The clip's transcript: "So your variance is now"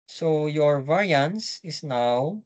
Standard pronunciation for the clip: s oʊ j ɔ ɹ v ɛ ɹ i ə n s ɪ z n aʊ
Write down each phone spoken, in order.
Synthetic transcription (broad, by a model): s oʊ j ɔ ɹ v ɛ ɹ i ə n s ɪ s n aʊ